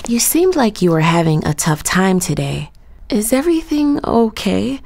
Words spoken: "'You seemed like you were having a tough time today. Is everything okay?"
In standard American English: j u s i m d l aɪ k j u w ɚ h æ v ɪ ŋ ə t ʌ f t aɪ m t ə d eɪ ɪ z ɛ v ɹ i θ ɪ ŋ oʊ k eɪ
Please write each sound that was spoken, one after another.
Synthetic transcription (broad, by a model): j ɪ s i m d l aɪ k j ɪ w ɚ h æ v ɪ ŋ ə t ʌ f t aɪ m t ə d eɪ ɪ z ɛ v ɹ i θ ɪ ŋ oʊ k eɪ